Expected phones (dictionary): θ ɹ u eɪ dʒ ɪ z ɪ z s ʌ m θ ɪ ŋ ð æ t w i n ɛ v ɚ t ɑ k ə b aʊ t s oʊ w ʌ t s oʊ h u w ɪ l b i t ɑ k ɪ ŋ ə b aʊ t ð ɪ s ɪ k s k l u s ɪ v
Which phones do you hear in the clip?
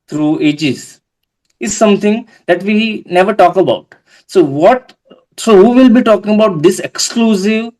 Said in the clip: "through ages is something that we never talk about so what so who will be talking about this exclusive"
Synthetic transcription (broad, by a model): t ɹ u eɪ dʒ ɪ z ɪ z s ʌ m t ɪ ŋ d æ t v i n ɛ v ɚ t ɑ k ə b aʊ t s oʊ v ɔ t s oʊ h u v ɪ l b i t ɑ k ɪ ŋ ə b aʊ t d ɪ s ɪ k s k l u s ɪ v